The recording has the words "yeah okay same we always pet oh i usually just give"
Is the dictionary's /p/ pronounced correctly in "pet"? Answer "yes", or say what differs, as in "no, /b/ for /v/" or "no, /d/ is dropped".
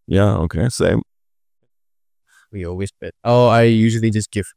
no, /b/ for /p/